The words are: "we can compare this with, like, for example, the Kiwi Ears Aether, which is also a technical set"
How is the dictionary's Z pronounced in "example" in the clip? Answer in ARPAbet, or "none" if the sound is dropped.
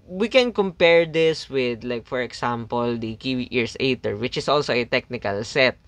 S